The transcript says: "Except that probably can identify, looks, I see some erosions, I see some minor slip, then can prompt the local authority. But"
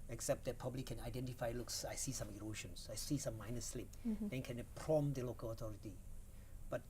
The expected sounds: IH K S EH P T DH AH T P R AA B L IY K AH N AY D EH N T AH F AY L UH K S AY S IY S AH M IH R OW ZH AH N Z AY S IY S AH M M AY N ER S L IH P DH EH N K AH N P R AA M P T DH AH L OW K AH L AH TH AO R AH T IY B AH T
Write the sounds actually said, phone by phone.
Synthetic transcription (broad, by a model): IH K S EH P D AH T P AA B L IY K AH N AY D EH N T AH F AY L UH K S AY S IY S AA M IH R OW SH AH N S AY S IY S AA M M AY N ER S L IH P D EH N K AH N P R AA M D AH L OW K AH L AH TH AO R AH T IY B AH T